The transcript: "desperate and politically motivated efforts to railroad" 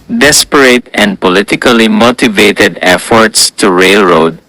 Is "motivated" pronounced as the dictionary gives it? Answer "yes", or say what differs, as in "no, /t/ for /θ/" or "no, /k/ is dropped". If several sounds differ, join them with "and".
yes